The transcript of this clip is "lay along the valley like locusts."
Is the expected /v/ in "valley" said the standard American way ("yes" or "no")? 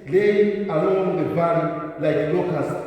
no